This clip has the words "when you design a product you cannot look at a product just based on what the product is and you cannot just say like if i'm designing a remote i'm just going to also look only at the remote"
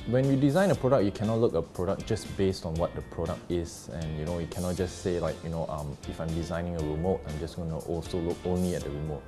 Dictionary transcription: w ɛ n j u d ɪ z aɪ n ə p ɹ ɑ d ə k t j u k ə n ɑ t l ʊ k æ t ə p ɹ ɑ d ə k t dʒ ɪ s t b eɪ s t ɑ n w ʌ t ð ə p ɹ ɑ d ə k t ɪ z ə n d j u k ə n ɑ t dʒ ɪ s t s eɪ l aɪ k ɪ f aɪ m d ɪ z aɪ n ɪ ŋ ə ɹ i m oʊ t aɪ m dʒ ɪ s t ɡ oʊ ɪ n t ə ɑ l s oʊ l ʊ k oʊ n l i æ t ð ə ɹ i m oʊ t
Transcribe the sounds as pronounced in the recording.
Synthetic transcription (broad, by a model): w ɛ n j u d ɪ z aɪ n ə p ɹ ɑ d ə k j u k ə n ɑ t l ʊ k ə p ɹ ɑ d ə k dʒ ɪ s b eɪ s t ɑ n w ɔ t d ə p ɹ ɑ d ə k t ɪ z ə n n j u k ə n ɑ t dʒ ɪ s s eɪ l aɪ k ɪ f aɪ m d ɪ z aɪ n ɪ ŋ ə ɹ i m oʊ t aɪ m dʒ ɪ s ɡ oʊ n t ɑ l s oʊ l ʊ k oʊ n l i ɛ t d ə ɹ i m oʊ t